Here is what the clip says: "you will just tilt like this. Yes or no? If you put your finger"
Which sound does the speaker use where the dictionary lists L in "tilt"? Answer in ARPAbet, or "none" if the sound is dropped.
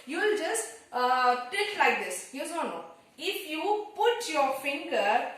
none